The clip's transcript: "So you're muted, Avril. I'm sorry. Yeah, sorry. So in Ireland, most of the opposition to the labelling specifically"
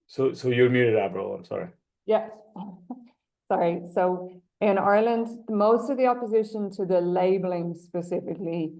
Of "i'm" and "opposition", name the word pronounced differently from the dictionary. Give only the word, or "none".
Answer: none